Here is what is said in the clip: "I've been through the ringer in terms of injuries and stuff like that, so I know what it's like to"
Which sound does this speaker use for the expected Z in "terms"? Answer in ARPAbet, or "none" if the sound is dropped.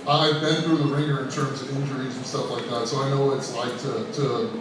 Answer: Z